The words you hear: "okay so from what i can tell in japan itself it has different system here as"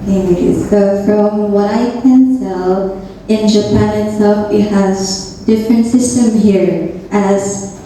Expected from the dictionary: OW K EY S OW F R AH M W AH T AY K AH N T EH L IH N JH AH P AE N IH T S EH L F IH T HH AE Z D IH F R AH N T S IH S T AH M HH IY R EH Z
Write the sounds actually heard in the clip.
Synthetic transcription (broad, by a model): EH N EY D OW F R AH M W AY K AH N S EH L IH N JH AH P AE N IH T S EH L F IH T HH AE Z D IH F R AH N T S IH S T AH M HH IY R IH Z